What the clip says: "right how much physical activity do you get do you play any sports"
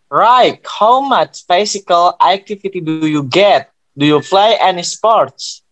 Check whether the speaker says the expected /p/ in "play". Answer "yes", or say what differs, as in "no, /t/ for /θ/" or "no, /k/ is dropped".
no, /f/ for /p/